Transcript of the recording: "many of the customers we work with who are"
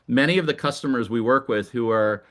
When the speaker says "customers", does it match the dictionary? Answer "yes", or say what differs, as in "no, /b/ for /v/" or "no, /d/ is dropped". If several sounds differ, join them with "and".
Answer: yes